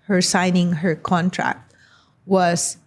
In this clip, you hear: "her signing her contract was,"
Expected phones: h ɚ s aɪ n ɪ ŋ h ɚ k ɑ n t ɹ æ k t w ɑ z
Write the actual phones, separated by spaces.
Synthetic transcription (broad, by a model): h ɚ s aɪ n ɪ ŋ h ɚ k ɑ n t ɹ æ k t w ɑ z